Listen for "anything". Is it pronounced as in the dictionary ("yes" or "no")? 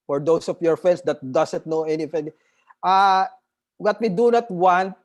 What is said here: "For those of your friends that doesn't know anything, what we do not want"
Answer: no